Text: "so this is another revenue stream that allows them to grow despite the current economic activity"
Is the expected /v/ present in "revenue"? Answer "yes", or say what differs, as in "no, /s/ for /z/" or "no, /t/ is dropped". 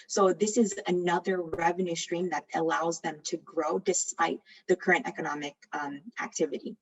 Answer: yes